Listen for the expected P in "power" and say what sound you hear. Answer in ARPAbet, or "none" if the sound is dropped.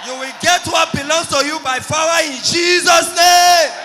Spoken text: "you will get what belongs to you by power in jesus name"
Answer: F